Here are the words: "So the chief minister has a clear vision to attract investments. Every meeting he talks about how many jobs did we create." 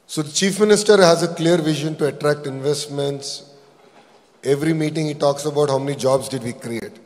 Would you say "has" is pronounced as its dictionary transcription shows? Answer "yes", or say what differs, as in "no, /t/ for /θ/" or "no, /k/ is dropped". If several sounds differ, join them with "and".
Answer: yes